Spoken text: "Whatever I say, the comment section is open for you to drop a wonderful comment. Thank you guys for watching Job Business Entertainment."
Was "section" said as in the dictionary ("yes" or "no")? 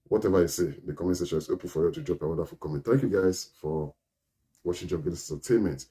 no